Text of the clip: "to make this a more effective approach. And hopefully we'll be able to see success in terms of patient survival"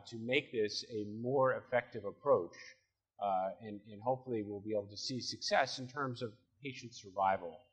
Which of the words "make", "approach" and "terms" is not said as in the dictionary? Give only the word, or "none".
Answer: none